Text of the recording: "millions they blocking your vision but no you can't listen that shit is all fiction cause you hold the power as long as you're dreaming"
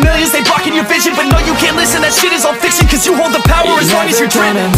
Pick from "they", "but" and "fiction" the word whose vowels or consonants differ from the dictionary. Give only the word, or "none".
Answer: fiction